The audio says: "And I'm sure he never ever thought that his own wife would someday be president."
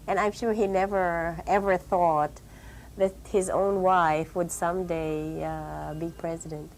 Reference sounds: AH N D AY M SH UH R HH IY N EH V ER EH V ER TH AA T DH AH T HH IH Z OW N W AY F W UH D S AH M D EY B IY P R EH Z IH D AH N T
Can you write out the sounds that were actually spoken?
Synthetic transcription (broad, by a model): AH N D AY M SH UH R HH IY N EH V ER EH V ER TH AA T DH AH T HH IH Z OW N W AY F W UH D S AH M D EY B IY P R EH Z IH D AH N T